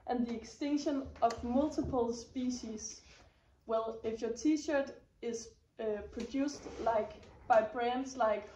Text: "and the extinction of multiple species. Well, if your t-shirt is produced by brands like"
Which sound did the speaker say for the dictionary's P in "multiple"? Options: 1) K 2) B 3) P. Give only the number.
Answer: 3